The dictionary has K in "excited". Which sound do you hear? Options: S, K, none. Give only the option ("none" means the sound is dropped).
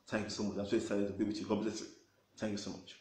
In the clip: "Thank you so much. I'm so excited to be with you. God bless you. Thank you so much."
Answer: none